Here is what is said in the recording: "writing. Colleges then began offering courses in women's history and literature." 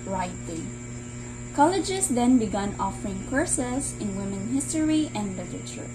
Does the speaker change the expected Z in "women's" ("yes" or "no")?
yes